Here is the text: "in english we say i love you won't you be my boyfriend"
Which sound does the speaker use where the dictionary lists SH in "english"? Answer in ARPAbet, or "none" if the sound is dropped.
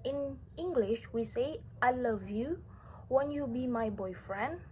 SH